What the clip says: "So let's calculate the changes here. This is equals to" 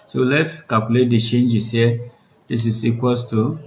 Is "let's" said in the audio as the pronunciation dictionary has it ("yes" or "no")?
yes